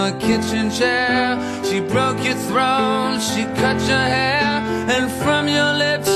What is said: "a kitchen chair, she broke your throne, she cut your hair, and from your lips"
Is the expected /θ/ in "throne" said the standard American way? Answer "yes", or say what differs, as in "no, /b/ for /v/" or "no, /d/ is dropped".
yes